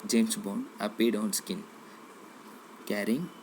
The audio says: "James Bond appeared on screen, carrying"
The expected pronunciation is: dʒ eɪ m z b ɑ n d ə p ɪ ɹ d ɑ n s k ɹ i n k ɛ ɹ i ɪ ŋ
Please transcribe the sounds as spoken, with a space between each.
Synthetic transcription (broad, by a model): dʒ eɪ m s b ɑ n ə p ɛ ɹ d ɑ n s k i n k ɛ ɹ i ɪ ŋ